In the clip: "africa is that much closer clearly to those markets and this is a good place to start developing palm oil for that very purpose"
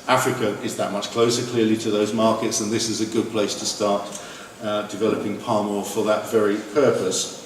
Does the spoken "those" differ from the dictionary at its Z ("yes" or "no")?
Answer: no